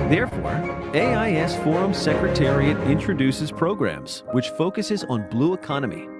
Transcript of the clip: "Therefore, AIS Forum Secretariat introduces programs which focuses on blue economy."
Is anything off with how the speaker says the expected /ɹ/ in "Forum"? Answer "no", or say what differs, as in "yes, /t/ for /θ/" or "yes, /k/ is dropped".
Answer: no